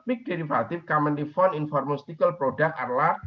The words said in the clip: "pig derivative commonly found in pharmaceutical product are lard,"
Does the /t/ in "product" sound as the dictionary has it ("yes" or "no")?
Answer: no